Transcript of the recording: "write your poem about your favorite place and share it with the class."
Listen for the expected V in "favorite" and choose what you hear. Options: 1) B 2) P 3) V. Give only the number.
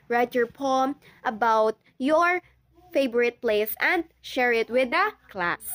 1